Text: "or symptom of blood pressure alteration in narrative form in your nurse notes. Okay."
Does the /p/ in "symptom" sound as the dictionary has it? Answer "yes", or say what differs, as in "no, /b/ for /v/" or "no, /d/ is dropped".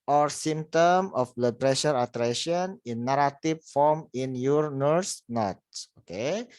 no, /p/ is dropped